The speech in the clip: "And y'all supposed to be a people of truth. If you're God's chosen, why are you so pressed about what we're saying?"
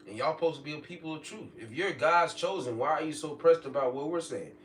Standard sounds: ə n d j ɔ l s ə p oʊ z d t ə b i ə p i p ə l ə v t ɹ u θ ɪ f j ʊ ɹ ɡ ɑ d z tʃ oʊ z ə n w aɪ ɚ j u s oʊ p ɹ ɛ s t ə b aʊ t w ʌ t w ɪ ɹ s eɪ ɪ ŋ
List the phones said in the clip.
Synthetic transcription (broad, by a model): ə n j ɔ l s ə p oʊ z t ə b i ə p i p l ə v t ɹ u θ ɪ f j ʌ ɹ ɡ ɑ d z tʃ oʊ z ə n w aɪ ɚ j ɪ s oʊ p ɹ ɛ s t ə b aʊ t w ʌ t w ɪ ɹ s eɪ ɪ ŋ